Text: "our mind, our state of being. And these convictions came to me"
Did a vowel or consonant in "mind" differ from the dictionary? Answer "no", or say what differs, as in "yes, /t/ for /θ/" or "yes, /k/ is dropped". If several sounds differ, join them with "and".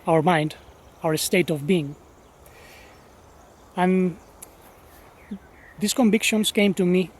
no